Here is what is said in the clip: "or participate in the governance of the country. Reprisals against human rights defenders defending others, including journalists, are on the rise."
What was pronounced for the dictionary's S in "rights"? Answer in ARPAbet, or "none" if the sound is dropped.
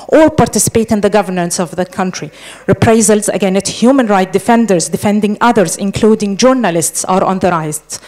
none